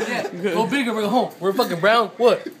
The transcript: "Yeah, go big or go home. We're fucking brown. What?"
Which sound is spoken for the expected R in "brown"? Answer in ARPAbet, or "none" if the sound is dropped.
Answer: R